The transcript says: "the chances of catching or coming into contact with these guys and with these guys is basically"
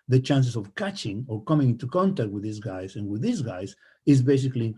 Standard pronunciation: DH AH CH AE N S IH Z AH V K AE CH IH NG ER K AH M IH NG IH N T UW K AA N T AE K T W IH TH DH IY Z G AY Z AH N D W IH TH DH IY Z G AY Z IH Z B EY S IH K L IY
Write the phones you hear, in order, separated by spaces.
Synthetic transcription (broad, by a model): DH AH CH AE N S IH S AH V K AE CH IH NG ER K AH M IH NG IH N T UW K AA N T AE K T W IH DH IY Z G AY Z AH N W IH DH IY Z G AY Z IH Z B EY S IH K L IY